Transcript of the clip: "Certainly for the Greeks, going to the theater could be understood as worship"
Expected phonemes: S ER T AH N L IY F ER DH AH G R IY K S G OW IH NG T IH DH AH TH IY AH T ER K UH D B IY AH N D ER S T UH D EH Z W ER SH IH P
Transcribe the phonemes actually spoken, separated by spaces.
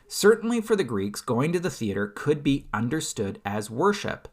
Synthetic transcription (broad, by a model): S ER T N L IY F ER DH AH G R IY K S G OW IH NG T IH DH AH TH IY AH T ER K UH D B IY AH N D ER S T UH D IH Z W ER SH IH P